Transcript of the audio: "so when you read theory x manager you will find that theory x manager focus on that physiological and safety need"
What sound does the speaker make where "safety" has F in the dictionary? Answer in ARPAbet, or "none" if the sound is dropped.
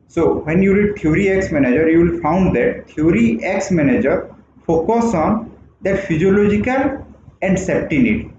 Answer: P